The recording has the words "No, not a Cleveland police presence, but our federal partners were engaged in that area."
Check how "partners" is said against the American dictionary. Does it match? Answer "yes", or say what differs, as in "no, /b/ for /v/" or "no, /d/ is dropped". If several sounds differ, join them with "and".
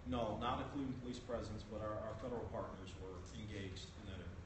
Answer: yes